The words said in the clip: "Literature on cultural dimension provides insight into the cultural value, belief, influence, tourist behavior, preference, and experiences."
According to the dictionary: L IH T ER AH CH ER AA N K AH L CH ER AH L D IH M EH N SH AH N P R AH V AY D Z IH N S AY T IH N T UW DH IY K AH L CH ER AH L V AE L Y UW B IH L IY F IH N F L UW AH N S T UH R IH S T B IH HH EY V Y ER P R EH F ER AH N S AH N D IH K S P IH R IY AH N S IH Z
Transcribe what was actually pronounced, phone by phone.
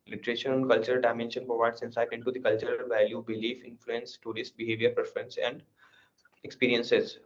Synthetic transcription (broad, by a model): L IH T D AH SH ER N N K AH L CH ER AH L D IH M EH N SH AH N P R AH V AY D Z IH N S AY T IH N T UW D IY K AH L CH ER AH L V AE L Y UW B IH L IY F IH N F L UW AH N S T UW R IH S T B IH HH EY V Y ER P R EH F ER AH N S AH N D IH K S P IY R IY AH N S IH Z